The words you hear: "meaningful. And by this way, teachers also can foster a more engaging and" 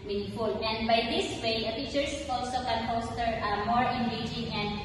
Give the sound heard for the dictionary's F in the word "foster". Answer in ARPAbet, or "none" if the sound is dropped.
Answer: P